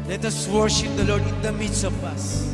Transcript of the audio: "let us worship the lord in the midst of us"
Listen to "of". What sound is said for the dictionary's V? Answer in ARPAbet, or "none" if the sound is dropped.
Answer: P